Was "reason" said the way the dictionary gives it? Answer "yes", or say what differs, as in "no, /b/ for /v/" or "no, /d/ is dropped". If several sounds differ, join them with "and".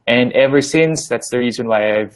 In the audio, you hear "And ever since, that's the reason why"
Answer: yes